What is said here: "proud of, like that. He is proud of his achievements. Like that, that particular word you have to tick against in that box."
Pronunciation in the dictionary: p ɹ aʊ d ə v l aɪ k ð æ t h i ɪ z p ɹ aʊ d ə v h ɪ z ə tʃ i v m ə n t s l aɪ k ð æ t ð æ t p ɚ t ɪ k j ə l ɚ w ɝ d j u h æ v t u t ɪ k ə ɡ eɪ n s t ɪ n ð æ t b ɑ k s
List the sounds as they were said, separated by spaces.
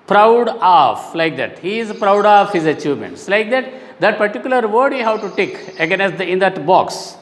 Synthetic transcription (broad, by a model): p ɹ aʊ d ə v l aɪ k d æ t h i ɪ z p ɹ aʊ d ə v h ɪ z ə tʃ i v m ə n t s l aɪ k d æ t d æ t p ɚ t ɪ k j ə l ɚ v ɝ d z h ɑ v t u t ɪ k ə ɡ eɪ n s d ɪ n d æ t b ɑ k s